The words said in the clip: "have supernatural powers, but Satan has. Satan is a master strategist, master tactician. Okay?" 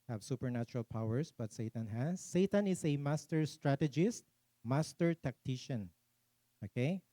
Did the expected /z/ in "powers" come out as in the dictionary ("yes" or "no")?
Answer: no